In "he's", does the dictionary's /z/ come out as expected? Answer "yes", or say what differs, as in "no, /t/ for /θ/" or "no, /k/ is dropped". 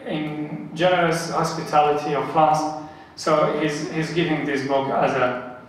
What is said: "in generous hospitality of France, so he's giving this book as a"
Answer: yes